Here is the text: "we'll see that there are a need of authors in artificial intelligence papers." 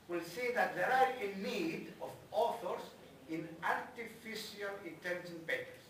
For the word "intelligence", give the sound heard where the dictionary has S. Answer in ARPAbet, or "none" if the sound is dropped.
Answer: none